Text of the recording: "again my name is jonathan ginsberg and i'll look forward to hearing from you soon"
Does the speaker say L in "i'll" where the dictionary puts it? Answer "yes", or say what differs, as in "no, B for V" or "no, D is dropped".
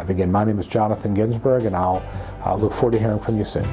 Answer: yes